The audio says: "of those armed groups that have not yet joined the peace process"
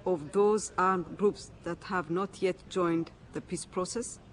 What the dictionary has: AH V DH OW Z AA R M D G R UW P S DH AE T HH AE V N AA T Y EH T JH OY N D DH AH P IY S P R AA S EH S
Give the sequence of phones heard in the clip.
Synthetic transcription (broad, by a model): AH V DH OW Z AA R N G R UW P S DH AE T HH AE V N AA T Y EH T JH OY N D DH AH P IY S P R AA S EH S